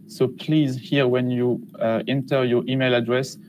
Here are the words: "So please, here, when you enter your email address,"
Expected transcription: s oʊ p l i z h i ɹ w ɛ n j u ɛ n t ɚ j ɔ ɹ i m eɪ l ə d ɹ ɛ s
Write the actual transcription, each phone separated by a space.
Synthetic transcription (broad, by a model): s oʊ p l i z h i ɹ w ɛ n j u ɛ n t ɚ j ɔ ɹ i m eɪ l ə d ɹ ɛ s